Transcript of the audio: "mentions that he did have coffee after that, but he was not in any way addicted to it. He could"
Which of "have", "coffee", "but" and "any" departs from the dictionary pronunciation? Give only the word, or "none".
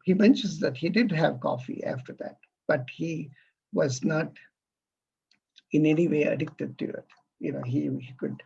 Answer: none